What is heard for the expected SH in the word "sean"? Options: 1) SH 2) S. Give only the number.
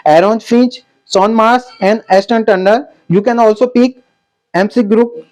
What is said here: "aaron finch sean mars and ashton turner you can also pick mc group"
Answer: 2